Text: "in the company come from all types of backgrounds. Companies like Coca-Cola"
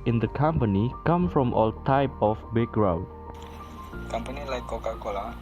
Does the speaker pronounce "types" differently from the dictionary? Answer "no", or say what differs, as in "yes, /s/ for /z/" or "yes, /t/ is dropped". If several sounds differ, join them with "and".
yes, /s/ is dropped